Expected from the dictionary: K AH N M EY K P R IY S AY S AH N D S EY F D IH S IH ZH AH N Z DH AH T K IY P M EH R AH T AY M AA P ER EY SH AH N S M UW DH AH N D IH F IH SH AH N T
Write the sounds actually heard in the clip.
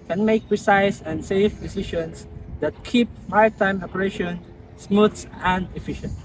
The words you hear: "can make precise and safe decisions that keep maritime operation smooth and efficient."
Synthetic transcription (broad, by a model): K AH N M EY K P R IY S AY S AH N S EY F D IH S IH SH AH N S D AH T K IY P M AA AH T AY M AA P ER EY SH AH N S M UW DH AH N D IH F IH SH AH N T